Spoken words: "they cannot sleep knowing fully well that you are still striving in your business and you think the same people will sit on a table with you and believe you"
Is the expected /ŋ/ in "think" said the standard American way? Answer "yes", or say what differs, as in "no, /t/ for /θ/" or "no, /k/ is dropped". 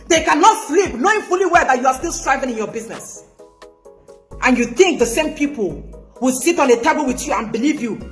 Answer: yes